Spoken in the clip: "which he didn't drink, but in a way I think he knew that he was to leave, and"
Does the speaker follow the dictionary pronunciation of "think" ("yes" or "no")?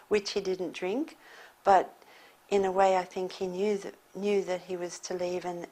yes